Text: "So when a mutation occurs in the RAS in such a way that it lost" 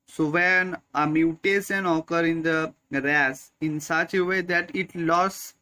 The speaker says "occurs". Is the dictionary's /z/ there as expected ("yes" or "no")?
no